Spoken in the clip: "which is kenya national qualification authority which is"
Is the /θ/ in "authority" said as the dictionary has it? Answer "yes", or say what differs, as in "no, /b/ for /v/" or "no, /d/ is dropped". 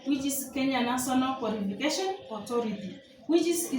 no, /t/ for /θ/